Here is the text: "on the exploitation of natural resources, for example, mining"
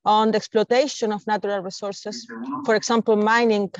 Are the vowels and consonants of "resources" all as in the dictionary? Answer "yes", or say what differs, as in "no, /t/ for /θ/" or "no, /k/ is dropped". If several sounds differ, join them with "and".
no, /s/ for /z/